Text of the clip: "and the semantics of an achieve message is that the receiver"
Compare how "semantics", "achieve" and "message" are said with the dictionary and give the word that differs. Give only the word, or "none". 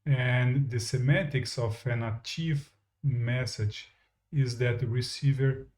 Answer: semantics